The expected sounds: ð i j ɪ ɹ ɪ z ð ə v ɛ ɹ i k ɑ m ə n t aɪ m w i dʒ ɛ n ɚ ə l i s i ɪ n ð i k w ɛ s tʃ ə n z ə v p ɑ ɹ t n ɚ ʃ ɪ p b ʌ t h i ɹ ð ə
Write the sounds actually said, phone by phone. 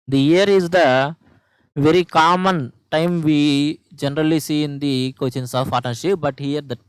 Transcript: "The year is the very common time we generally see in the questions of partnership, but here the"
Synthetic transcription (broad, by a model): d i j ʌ ɹ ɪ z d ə v ɛ ɹ i k ɑ m ə n t aɪ m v i dʒ ɛ n ɚ ə l i s i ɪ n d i k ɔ tʃ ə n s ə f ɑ t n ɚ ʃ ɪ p b ʌ t h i ɹ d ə